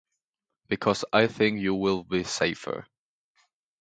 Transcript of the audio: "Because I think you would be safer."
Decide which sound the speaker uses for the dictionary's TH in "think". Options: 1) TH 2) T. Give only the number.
1